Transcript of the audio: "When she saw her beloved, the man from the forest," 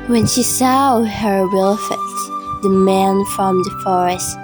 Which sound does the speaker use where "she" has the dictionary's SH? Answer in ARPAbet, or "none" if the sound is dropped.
SH